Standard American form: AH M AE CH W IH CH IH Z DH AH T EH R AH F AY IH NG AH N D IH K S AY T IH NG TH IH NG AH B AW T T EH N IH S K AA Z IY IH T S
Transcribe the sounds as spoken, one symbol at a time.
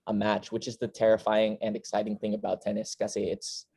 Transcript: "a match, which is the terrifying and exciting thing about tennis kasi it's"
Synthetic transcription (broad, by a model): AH M AE CH W IH CH IH Z DH AH T EH R AH F AY IH NG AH N IH K S AY T IH NG TH IH NG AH B AW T T EH N IH S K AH S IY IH T S